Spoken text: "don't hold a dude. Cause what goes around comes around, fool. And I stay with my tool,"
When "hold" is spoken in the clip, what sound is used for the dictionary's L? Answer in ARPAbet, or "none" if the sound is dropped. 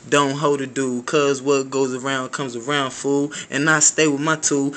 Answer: none